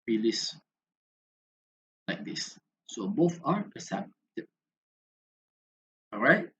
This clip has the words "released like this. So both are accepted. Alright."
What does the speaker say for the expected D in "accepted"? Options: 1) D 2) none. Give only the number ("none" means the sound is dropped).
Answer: 2